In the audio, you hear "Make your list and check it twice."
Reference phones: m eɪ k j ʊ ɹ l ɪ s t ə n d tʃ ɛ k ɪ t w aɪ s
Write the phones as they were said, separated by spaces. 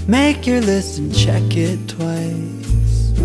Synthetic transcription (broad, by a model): m eɪ k j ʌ ɹ l ɪ s ə n tʃ ɛ k ɪ t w aɪ s